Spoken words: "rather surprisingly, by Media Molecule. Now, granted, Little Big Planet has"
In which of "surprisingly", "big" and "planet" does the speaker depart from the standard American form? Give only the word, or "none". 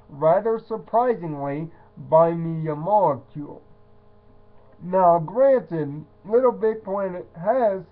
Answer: planet